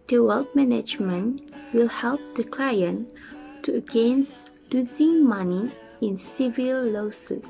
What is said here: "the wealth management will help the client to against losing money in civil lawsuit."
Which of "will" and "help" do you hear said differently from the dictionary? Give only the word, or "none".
none